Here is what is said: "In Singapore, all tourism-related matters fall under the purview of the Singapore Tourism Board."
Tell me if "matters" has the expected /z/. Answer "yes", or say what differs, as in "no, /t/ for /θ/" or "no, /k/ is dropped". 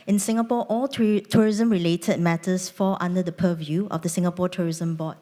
no, /s/ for /z/